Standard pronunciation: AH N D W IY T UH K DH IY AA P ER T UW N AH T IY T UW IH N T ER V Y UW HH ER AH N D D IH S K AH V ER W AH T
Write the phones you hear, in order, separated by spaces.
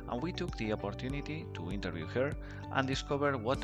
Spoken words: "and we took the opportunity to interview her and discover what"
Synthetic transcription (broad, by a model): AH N W IY T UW K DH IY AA P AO T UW N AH T IY T UW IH N T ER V Y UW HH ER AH N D D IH S K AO B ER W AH T